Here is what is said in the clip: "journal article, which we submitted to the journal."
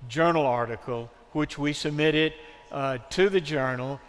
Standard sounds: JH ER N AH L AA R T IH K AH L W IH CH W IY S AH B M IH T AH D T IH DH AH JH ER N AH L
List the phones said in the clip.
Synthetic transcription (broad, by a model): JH ER N L AA R T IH K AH L W IH CH W IY S AH B M IH T AH D T IH DH AH JH ER N L